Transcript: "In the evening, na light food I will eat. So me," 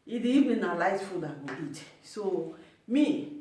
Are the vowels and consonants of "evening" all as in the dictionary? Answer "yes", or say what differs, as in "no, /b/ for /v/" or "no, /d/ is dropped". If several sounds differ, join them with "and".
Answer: no, /n/ is dropped